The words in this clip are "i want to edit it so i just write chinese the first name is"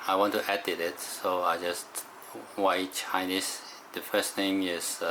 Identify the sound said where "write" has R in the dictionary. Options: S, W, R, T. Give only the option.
W